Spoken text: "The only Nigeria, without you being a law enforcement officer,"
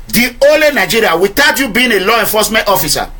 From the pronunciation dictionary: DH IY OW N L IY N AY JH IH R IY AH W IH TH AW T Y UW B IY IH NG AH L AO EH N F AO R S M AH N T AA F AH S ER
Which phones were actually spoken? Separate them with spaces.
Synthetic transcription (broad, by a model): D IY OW L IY N AY JH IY R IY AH W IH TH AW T Y UW B IY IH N AH L AO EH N F AO S M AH N T AA F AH S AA